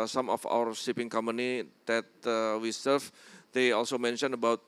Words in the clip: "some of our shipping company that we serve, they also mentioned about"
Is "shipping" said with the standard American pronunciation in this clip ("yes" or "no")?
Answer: no